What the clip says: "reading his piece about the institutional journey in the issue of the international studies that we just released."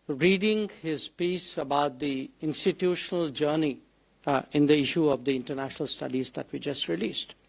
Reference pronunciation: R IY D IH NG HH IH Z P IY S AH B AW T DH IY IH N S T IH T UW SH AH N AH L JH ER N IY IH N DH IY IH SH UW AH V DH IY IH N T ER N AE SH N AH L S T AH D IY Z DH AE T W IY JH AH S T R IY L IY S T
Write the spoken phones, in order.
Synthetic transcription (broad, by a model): R IY D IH NG HH IH Z P IY S AH B AW T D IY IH N S T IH T UW SH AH N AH L JH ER N IY IH N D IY IH SH UW AH V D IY IH N T ER N AE SH N AH L S T AH D IY Z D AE T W IY JH AH S T R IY L IY S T